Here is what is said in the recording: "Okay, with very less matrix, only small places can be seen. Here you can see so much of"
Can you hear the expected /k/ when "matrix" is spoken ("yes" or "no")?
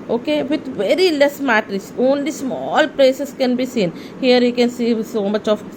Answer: no